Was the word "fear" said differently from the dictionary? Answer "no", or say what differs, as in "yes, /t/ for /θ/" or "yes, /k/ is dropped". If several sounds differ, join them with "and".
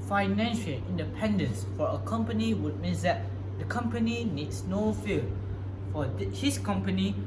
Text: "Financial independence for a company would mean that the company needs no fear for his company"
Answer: yes, /l/ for /ɹ/